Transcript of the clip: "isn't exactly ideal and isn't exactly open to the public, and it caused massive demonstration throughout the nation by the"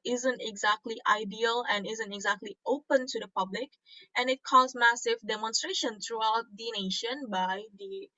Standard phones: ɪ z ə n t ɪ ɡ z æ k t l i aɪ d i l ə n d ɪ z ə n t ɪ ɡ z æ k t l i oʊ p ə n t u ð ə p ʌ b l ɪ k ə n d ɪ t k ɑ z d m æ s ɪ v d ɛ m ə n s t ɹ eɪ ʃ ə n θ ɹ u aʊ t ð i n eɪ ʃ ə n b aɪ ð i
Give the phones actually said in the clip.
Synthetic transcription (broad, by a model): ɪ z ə n t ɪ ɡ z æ k t l i aɪ d i l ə n ɪ z ə n t ɪ ɡ z æ k t l i oʊ p ə n t u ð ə p ʌ b l ɪ k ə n ɪ t k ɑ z m æ s ɪ v d ɛ m ə n s t ɹ eɪ ʃ ə n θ ɹ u aʊ t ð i n eɪ ʃ ə n b aɪ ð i